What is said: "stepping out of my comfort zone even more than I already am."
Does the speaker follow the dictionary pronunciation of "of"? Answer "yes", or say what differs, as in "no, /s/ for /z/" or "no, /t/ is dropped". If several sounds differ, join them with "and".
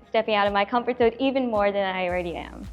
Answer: yes